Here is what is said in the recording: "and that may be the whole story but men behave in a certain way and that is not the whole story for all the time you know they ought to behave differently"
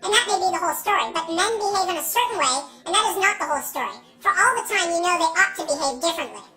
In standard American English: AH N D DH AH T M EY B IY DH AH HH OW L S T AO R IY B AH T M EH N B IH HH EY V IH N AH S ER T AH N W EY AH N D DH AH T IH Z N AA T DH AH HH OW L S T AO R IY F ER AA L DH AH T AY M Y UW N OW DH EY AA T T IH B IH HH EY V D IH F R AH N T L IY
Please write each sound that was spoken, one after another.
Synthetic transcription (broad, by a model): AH N DH AH T M EY B IY DH AH HH OW L S T AO R IY B AH T M EH N B IH HH EY V IH N AH S ER T N W EY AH N DH AH T IH Z N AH T DH AH HH OW L S T AO R IY F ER AA L DH AH T AY M Y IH N OW DH EY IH T T IH B IH HH EY V D IH F R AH N T L IY